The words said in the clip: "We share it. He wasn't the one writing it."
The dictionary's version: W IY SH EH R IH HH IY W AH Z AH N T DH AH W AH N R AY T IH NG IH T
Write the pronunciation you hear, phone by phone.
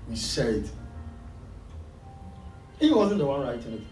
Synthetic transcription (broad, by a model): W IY S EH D HH IY W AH Z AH N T DH AH W AH N R AY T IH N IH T